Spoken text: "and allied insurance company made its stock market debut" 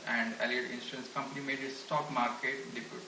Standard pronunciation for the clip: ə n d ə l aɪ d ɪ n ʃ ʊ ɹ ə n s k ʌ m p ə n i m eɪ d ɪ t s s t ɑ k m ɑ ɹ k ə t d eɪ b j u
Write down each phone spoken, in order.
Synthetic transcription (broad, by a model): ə n d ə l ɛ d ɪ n s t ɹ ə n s k ʌ m p ə n i m eɪ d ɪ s s t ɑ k m ɑ ɹ k ə t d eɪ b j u